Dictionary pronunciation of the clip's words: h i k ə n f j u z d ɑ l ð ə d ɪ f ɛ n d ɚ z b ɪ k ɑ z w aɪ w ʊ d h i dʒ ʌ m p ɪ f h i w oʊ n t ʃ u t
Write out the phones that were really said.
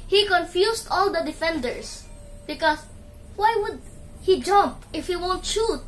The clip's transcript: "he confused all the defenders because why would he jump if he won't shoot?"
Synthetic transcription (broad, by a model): h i k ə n f j u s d ɑ l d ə d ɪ f ɛ n d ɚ s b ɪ k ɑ s w aɪ w ʊ d h i dʒ ʌ m p ɪ f h i w oʊ n t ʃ u t